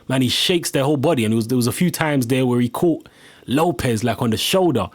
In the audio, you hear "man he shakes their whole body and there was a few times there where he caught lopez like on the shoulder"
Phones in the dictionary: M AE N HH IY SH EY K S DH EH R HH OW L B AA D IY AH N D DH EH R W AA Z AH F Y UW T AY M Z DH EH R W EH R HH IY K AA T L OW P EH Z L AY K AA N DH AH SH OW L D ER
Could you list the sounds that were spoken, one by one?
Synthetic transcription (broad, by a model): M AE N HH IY SH EY K S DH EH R HH OW L B AA D IY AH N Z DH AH W AA Z AH F Y UW T AY M Z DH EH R W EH R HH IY K AA T L OW P EH Z L AY K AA N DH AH SH OW L D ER